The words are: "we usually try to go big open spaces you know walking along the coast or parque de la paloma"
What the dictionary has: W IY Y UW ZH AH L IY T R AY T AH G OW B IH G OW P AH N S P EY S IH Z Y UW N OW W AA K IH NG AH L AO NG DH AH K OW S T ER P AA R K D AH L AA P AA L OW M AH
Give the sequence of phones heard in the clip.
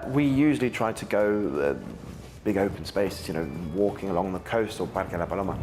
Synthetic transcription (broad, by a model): W IY Y UW ZH AH L IY T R AY T AH G OW B IH G OW P AH N S P EY S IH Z Y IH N OW W AA K IH NG AH L AO NG DH AH K OW S T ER B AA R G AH L AA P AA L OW M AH